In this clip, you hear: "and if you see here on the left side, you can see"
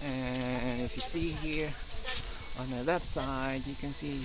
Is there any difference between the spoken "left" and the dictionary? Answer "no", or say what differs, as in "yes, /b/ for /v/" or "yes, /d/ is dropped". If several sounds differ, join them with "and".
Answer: yes, /f/ is dropped